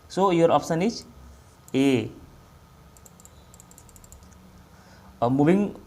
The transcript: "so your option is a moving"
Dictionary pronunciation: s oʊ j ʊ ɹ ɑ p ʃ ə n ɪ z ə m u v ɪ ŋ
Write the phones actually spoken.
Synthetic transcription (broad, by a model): s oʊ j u ɹ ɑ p s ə n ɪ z ə m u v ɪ ŋ